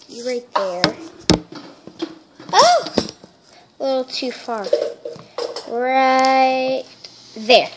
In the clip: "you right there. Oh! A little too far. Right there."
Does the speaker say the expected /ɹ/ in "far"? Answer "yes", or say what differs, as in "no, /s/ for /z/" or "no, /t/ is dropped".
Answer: yes